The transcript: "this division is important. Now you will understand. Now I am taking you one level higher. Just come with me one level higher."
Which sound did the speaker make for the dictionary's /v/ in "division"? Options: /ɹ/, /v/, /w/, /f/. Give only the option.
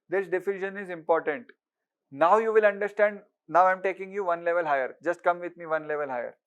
/f/